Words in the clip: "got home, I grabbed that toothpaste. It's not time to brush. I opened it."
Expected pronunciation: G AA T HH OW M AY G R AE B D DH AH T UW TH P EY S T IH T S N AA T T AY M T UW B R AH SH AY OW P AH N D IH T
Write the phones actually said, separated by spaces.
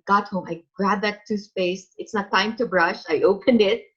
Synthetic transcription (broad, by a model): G AA T HH OW M AY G R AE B DH AH T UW S P EY S IH T S N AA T T AY M T UW B R AH SH AY OW P AH N D IH T